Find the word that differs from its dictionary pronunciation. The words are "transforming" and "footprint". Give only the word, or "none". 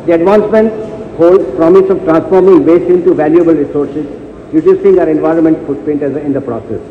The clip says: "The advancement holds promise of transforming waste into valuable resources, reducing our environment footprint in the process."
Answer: footprint